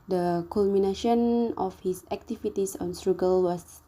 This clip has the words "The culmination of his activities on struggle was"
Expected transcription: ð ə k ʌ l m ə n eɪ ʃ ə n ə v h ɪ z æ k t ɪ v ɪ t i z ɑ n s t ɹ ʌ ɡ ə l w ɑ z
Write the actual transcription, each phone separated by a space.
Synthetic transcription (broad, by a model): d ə k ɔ l m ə n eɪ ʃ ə n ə f h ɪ s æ k t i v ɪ t i s ɑ n s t ɹ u ɡ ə l w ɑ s